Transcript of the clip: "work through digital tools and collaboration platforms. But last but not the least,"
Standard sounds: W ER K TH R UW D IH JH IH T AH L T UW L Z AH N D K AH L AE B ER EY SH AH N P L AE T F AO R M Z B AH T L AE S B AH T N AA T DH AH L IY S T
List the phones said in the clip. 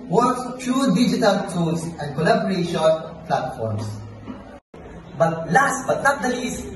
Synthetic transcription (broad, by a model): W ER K T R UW D IH JH IH T AH L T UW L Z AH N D K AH L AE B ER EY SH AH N P L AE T F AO R M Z B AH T L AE S B AH T N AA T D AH L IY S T